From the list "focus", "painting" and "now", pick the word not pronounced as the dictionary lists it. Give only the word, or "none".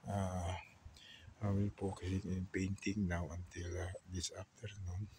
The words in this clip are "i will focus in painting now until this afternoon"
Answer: focus